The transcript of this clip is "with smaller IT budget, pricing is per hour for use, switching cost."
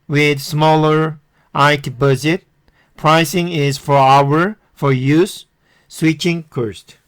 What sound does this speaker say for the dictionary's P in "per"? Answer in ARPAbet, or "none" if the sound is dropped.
F